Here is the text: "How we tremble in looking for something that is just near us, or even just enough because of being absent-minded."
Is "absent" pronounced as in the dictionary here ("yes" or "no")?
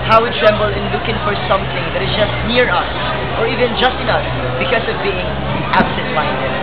yes